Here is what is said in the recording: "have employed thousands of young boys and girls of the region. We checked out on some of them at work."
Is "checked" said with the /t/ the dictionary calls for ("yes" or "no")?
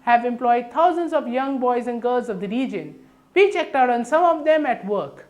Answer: yes